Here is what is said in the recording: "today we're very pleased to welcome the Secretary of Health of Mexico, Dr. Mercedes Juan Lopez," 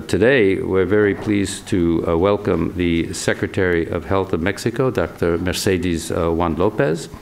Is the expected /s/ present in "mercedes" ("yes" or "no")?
yes